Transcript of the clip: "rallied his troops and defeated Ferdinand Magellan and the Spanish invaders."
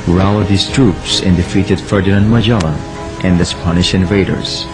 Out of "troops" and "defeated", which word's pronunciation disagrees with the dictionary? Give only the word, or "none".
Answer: none